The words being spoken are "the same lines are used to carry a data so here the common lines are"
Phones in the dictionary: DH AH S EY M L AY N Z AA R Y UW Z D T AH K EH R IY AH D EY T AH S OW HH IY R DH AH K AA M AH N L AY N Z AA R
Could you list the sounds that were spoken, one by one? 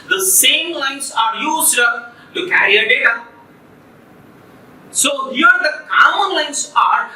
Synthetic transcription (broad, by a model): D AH S EY M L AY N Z AA R Y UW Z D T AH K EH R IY AH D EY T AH S OW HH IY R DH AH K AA AH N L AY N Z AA R